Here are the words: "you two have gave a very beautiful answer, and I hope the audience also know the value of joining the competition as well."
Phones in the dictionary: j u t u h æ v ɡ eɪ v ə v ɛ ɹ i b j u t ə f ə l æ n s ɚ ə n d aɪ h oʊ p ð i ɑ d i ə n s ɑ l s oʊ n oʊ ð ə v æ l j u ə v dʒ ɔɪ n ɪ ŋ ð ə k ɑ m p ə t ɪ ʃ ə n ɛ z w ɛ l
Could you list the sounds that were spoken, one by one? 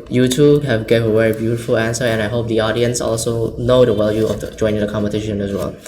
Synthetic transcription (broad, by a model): j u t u h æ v ɡ eɪ v ə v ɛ ɹ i b j u t ə f ə l æ n s ɚ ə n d aɪ h oʊ p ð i ɑ d i ə n s ɑ l s oʊ n oʊ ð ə w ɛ l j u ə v dʒ ɔɪ n ɪ ŋ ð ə k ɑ m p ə t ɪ ʃ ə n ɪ s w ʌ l